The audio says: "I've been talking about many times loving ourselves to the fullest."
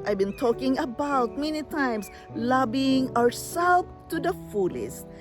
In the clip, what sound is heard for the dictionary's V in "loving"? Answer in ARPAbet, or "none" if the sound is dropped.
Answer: B